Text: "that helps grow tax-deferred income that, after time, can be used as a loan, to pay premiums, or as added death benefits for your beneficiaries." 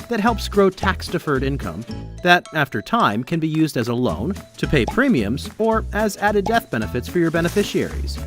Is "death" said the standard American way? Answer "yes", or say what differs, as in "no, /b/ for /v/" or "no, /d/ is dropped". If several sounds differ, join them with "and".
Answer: yes